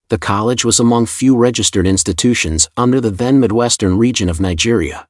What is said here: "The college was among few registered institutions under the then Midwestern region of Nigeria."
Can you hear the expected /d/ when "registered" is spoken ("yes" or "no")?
yes